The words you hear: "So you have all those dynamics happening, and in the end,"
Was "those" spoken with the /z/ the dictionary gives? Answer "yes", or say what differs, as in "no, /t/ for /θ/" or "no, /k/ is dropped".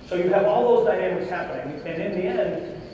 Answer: yes